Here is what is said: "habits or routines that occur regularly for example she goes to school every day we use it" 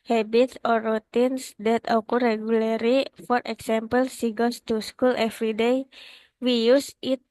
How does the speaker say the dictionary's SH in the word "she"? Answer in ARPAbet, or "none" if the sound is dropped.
S